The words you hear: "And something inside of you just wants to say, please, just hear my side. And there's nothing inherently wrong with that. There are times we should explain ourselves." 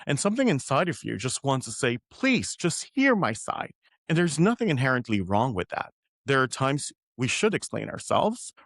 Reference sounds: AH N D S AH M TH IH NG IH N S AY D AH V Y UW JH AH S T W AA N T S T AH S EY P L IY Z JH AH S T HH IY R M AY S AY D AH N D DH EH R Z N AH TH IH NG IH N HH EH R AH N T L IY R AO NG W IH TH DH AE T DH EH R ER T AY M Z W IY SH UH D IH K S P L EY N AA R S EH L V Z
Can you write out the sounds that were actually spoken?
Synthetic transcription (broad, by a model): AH N S AH M TH IH NG IH N S AY D AH V Y UW JH AH S T W AA N T S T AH S EY P L IY Z JH AH S T HH IY R M AY S AY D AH N DH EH R Z N AH TH IH NG IH N HH EH R AH N T L IY R AO NG W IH DH AE T DH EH R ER T AY M Z W IY SH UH D IH K S P L EY N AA R S EH L V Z